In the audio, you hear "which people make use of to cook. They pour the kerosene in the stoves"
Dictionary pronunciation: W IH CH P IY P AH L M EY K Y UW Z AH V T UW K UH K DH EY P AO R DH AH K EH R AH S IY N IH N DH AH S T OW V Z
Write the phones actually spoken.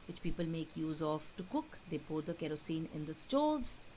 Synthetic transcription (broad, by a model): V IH CH P IY P AH L M EY K Y UW Z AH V T UW K UH K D EY P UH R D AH K EH R AH S IY N IH N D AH S T OW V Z